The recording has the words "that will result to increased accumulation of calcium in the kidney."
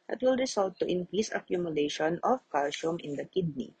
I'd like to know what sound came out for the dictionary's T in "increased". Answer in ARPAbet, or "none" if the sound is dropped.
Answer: none